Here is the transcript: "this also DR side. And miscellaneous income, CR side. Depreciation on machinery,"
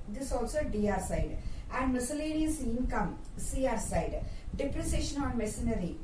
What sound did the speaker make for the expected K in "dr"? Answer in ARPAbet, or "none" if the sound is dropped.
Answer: none